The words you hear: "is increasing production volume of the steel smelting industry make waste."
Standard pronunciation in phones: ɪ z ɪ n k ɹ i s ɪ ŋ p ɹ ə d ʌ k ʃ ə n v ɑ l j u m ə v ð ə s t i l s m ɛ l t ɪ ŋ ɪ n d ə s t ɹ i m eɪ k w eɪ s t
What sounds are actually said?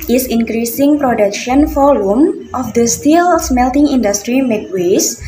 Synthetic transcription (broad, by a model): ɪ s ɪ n k ɹ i s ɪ ŋ p ɹ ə d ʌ k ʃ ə n f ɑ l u m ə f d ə s t i l s m ɛ l t ɪ ŋ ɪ n d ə s t ɹ i m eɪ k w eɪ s